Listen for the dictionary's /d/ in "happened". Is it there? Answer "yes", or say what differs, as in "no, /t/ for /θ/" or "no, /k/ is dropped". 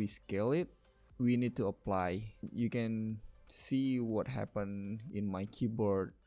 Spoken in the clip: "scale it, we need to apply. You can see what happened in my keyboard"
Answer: no, /d/ is dropped